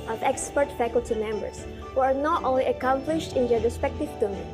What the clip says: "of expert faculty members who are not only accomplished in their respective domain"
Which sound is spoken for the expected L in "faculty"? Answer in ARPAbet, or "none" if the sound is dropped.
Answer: L